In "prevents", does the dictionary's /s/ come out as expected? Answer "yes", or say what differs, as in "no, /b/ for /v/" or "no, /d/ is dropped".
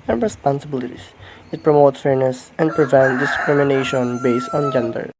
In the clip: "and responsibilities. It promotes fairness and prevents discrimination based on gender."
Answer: no, /s/ is dropped